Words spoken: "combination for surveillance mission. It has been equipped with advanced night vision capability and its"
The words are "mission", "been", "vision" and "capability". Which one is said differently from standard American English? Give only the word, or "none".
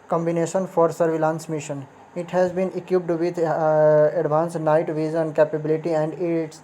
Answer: vision